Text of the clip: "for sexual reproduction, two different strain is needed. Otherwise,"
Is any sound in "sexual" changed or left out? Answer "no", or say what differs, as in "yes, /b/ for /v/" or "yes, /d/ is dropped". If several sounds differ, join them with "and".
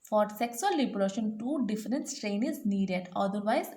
yes, /s/ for /ʃ/